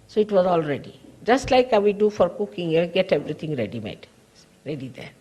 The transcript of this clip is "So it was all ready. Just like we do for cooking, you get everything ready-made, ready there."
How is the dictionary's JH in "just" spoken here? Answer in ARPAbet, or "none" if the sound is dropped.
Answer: JH